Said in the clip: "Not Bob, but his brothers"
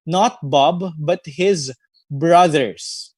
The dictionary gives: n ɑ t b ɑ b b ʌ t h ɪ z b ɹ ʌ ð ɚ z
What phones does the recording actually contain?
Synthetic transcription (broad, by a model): n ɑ t b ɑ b b ʌ t h ɪ z b ɹ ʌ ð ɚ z